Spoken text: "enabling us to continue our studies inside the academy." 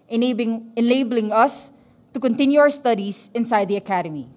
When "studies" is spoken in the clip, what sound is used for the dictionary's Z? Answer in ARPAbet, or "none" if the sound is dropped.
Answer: S